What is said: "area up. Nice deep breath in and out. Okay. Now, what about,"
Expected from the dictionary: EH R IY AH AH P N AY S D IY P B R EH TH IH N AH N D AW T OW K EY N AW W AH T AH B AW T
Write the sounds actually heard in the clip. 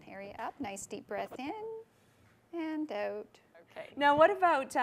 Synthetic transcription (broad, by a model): EH R IY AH AH P N AY S D IY P B R EH TH IH N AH N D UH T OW K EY N AW W AH T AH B AW T